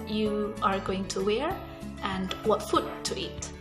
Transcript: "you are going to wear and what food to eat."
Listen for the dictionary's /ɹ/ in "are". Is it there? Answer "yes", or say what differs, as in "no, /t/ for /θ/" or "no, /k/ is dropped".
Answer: yes